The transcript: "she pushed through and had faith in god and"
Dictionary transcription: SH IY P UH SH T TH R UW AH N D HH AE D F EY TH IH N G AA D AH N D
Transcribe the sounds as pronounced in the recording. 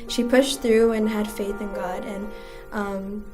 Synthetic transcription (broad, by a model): SH IY P UH SH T TH R UW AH N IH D F EY TH IH N G AA D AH N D